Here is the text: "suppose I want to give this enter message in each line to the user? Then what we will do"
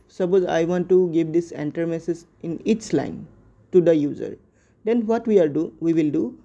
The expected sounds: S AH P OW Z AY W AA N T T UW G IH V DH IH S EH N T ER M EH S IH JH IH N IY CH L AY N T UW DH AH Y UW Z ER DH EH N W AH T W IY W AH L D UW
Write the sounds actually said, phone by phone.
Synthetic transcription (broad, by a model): S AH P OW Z AY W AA N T T UW G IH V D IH S EH N T ER M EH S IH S IH N IY CH L AY N T UW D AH Y UW Z ER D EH N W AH T W IY W AH L D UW